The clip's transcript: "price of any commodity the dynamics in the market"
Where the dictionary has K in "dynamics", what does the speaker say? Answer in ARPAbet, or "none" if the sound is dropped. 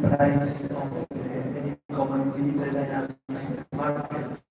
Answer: none